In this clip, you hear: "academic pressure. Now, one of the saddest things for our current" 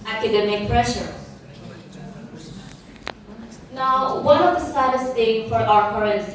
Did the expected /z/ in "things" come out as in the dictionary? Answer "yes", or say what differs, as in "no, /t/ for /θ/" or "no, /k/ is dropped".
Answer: no, /z/ is dropped